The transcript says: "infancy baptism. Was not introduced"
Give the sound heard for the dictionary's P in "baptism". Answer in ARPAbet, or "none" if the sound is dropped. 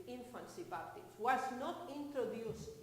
none